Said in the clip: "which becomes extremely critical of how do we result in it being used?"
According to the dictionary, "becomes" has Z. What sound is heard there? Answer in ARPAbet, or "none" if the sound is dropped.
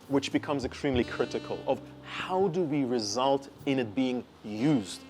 Z